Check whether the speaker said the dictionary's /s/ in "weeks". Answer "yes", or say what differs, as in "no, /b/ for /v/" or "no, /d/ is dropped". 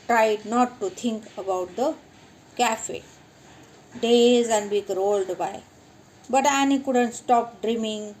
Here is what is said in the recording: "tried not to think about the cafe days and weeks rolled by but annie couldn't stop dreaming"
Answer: no, /s/ is dropped